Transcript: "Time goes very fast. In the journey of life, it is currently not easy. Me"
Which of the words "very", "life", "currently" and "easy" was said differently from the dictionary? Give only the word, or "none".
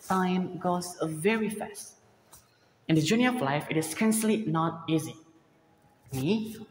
currently